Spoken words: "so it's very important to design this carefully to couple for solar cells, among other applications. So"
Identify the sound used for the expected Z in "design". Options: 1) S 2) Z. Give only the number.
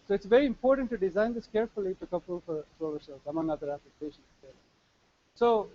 2